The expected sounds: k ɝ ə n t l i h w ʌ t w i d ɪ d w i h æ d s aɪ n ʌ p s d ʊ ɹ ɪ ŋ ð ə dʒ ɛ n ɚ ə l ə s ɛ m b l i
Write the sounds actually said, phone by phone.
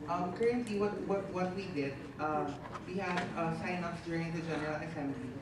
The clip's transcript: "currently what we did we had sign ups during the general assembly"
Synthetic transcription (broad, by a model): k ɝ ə n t l i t w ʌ t w i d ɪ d w i h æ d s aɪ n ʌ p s d ʊ ɹ ɪ ŋ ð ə dʒ ɛ n ɚ ə l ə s ɛ m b l i